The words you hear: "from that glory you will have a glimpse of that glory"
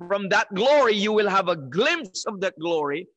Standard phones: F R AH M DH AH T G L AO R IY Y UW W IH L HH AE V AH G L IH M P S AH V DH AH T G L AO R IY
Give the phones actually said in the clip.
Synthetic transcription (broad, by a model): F R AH M DH AH T G L AO R IY Y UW W IH L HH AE V AH G L IH M P S AH V DH AH T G L AO R IY